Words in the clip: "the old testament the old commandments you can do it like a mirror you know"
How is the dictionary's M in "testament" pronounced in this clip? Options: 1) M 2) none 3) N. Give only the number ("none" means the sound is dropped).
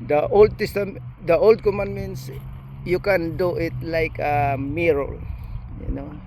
2